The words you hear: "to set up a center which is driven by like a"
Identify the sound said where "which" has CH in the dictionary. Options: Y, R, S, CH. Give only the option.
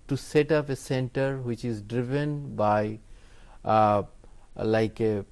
CH